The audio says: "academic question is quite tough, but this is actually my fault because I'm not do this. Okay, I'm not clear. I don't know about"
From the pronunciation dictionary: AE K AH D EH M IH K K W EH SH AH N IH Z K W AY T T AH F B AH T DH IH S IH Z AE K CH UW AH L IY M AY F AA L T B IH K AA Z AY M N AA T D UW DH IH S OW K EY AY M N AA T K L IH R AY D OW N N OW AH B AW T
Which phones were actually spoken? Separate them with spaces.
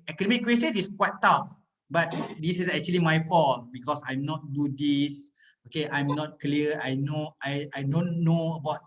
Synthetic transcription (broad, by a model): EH K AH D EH M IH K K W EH S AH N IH S K W AY T T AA F B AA T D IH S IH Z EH K CH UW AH L IY M AY F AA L B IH K AA S AY M N AA T D UW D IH S OW K EY AY M N AA T K L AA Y AY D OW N N OW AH B AW T